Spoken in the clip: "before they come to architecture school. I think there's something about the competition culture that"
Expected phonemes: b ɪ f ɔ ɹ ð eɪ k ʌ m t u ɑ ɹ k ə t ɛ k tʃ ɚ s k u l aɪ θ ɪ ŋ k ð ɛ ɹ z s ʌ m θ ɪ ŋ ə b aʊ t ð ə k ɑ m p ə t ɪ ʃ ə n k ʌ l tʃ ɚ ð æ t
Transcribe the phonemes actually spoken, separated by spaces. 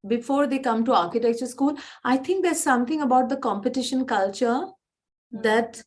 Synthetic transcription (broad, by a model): b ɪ f ɔ ɹ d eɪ k ʌ m t u ɑ ɹ k ə t ɛ k tʃ ɚ s k u l aɪ t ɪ ŋ k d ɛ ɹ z s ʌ m t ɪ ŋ ə b aʊ t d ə k ɑ m p ə t ɪ ʃ ə n k ʌ l tʃ ɚ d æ t